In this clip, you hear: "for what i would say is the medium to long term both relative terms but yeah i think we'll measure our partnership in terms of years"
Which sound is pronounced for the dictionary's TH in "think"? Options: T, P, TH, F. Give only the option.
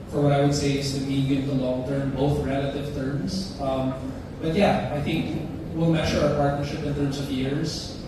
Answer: TH